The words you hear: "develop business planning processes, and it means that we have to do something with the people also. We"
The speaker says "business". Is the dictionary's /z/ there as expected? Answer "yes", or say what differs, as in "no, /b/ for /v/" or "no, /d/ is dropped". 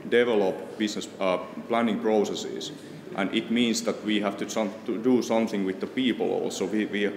no, /s/ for /z/